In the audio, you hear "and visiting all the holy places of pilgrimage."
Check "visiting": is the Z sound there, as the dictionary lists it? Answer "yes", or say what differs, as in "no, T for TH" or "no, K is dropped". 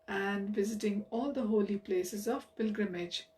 yes